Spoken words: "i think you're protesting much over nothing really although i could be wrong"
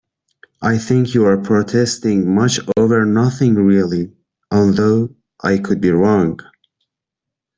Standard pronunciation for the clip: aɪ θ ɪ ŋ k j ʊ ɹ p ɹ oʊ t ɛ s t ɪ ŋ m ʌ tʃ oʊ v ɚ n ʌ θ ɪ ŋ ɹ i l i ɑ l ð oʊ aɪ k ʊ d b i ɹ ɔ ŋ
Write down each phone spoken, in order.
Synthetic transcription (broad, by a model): aɪ θ ɪ ŋ k j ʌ ɹ p ɹ oʊ t ɛ s t ɪ ŋ m ʌ tʃ oʊ v ɚ n ʌ θ ɪ ŋ ɹ i l i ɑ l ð oʊ aɪ k ʊ d b i ɹ ɔ ŋ